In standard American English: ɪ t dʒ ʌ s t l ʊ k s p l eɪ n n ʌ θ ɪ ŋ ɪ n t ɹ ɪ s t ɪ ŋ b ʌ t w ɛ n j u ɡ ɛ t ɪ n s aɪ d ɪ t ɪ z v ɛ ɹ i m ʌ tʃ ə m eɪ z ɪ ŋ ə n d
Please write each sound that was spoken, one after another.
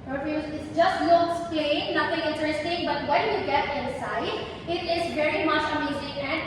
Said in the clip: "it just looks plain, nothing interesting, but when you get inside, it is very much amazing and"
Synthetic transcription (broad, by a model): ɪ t dʒ ʌ s t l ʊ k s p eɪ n n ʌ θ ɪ ŋ ɪ n t ɹ ɪ s t ɪ ŋ b ʌ t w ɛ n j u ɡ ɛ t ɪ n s aɪ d ɪ t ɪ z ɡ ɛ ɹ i m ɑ ʃ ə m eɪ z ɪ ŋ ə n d